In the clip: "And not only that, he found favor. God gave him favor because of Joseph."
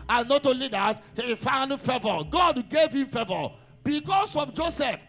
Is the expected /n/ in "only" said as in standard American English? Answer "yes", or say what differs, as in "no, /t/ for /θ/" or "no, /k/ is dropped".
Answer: no, /n/ is dropped